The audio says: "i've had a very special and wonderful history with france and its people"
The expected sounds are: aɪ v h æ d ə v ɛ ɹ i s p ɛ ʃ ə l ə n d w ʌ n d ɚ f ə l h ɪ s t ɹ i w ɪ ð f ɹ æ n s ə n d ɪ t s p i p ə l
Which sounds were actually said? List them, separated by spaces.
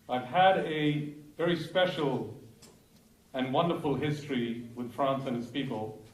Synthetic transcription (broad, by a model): aɪ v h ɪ d ə v ɛ ɹ i s p ɛ ʃ l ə n w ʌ n d ɚ f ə l h ɪ s t ɹ i w ɪ ð f ɹ æ n s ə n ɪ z p i p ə l